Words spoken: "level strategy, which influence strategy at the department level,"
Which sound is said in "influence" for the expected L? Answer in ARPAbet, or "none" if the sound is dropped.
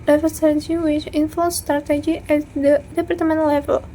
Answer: none